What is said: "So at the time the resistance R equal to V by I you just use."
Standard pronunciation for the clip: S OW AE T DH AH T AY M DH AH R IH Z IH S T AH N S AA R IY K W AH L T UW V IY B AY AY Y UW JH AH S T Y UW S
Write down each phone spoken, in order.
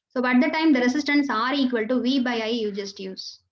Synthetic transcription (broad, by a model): S OW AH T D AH T AY M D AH R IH S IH S T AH N S AA R IY K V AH L T UW V IY B AY AY Y UW JH AH S T Y UW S